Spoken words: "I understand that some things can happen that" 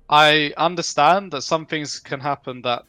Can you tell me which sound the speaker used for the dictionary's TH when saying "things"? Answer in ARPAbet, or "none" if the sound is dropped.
TH